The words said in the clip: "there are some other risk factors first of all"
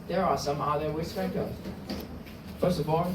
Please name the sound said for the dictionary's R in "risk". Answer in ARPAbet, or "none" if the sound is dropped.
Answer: W